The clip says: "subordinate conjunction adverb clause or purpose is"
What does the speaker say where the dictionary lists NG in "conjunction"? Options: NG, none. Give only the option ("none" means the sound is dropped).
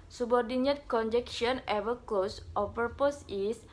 none